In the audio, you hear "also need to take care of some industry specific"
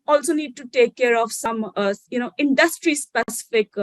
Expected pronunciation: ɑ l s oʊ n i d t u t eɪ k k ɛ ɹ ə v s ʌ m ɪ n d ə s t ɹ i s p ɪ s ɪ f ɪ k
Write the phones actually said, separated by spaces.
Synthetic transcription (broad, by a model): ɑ l s oʊ n i d t u t eɪ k k ɛ ɹ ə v s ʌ m ɪ n d ə s t ɹ i s p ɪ s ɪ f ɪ k